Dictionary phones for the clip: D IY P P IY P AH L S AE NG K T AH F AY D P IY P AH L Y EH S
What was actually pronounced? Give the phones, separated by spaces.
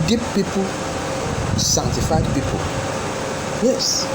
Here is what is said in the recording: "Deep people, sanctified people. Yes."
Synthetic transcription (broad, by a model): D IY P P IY P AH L S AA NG T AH F AY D P IY P AH L Y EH S